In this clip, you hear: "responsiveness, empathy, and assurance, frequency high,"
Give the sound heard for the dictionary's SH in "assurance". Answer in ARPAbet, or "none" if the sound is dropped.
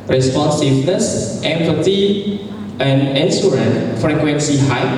S